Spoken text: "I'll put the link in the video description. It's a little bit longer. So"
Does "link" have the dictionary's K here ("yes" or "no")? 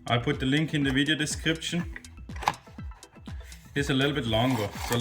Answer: yes